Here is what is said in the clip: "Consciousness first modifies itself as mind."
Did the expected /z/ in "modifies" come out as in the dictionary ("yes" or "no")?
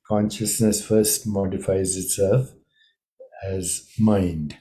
yes